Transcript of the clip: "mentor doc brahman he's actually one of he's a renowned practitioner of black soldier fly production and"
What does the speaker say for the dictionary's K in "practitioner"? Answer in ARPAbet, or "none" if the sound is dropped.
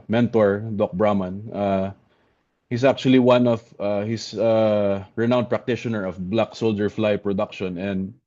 K